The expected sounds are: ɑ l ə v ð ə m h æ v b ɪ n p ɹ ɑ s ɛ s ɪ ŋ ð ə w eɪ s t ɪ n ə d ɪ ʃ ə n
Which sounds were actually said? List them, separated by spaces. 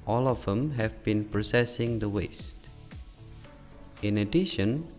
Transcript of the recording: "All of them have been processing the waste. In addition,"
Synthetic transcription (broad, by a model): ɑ l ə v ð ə m h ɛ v b ɪ n p ɹ ɑ s ɛ s ɪ ŋ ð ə w eɪ s t ɪ n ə d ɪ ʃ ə n